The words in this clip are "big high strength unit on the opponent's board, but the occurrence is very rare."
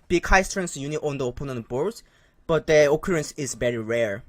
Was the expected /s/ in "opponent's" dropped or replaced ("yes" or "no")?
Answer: yes